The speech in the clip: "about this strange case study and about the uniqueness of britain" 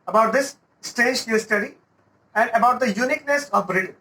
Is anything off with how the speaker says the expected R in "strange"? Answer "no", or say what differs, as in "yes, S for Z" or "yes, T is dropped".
yes, R is dropped